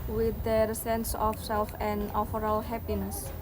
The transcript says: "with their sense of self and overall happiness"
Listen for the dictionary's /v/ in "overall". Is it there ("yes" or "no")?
no